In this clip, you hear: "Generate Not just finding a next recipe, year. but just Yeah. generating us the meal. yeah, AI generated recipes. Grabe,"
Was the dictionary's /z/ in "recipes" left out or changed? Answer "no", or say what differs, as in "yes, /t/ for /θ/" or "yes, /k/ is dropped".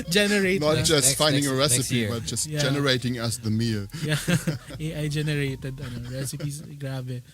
yes, /s/ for /z/